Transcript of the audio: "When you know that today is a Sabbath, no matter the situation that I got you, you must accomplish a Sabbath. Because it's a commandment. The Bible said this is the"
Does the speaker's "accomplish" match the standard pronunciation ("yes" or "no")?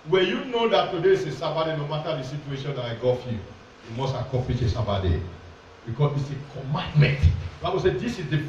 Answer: no